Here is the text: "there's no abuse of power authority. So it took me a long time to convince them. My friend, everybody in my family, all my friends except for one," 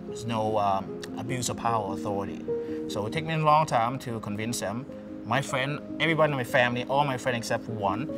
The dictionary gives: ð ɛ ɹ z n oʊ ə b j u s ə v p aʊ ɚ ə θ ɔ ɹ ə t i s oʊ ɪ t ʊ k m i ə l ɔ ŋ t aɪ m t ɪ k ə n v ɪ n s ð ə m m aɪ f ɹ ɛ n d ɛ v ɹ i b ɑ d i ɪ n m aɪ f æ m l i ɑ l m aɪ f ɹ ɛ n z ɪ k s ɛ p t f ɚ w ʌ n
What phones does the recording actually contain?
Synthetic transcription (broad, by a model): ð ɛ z n oʊ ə b j u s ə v p aʊ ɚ ə θ ɔ ɹ ə t i s oʊ ɪ t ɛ k m i ə l ɔ ŋ t aɪ m t ɪ k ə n v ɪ n s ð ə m m aɪ f ɹ ɛ n d ɛ v ɹ i b ɑ d i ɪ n m aɪ f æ m l i ɑ l m aɪ f ɹ ɛ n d ɪ k s ɛ p t w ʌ n